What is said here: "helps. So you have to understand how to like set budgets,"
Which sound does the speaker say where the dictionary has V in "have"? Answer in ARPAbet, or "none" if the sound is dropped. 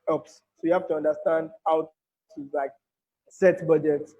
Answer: F